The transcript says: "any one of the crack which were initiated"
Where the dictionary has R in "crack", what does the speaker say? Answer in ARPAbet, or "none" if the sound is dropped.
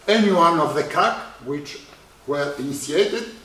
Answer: none